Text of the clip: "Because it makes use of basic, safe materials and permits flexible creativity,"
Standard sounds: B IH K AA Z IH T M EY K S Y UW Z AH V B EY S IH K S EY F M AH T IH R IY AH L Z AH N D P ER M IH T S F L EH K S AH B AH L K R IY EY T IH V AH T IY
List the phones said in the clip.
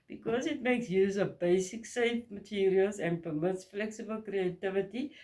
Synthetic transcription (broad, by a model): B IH K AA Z IH T M EY K S Y UW Z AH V B EY S IH K S EY F M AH T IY R IY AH L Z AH N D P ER M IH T S F L EH K S AH B AH L K R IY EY T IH V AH T IY